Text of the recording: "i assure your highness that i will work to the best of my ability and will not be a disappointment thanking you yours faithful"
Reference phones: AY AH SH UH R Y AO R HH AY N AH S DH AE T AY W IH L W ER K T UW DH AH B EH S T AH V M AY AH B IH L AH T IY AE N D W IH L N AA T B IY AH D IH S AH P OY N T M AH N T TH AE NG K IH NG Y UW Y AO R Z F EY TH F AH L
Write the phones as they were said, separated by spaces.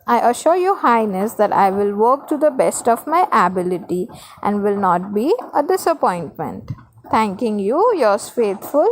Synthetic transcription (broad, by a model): AY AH SH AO R Y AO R HH AY N AH S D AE T AY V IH L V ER K T UW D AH B EH S T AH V M AY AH B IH L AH T IY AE N D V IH L N AA T B IY AH D IH S AH P OY N T M AH N T T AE NG K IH NG Y UW Y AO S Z F EY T F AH L